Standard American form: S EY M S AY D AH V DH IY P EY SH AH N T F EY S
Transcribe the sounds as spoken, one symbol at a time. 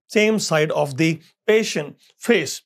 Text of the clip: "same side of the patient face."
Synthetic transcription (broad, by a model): S EY M S AY D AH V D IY P EY SH AH N T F EY S